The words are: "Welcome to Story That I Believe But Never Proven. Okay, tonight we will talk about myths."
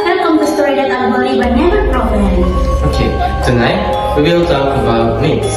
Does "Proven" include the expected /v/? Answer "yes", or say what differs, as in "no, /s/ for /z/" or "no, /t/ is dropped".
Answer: no, /p/ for /v/